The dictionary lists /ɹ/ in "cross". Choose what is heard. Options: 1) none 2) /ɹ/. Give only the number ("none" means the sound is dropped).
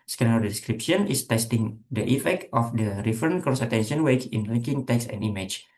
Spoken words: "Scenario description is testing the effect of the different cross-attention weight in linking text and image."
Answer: 1